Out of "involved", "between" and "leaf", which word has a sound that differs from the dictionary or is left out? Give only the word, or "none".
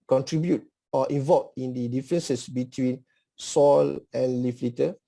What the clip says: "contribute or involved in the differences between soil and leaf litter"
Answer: involved